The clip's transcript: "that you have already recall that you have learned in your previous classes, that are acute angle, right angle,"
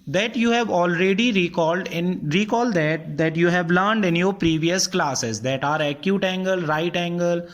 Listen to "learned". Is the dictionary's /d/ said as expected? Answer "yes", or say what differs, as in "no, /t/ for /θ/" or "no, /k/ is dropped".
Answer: yes